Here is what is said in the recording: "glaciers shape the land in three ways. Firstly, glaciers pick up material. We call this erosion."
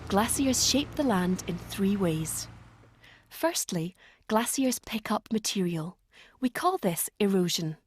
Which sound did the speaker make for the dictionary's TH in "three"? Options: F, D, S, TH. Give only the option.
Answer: TH